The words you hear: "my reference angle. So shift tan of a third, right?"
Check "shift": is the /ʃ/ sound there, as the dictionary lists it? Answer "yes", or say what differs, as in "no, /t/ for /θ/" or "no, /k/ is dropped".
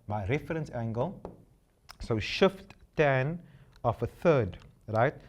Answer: yes